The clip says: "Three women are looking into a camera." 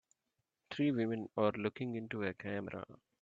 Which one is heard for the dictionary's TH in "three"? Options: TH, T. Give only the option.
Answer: T